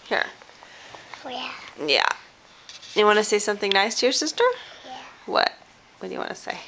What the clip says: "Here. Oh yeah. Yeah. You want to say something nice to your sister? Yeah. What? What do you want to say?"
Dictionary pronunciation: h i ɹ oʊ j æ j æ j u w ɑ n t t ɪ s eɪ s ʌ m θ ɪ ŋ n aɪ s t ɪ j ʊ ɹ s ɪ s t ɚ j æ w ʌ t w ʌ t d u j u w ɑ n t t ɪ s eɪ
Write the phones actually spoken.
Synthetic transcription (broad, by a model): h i ɹ j æ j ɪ w ɑ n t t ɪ s eɪ s ʌ m θ ɪ ŋ n aɪ s t ɪ j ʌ ɹ s ɪ s t ɚ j w ʌ t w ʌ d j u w ɑ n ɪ s eɪ